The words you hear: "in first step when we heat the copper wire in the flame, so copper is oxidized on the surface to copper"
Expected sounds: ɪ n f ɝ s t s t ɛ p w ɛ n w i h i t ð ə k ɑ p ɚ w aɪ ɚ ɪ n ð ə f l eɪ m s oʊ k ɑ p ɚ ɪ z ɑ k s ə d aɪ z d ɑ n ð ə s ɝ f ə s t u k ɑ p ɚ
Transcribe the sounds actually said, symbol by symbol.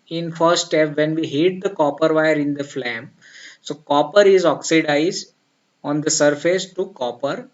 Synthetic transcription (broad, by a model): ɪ n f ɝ t s t ɛ p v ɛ n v i h i t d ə k ɑ p ɚ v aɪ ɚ ɪ n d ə f l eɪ m s oʊ k ɑ p ɚ ɪ z ɑ k s ə d aɪ z d ɑ n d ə s ɝ f ə s t u k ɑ p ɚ